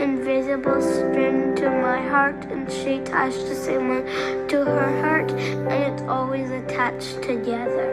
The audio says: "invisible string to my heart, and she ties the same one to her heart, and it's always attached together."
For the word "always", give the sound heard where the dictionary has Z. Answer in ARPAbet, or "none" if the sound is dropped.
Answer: Z